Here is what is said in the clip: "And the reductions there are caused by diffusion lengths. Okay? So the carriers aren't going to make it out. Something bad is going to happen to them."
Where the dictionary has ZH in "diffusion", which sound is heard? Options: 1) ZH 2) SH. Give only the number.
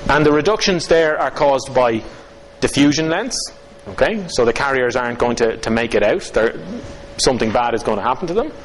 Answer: 1